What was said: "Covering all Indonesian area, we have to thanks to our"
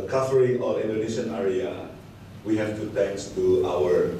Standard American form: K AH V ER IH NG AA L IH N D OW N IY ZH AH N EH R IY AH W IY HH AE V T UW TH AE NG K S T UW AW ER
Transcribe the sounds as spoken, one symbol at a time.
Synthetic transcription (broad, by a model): K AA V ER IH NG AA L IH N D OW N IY SH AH N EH R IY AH W IY HH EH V T UW T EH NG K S T UW AW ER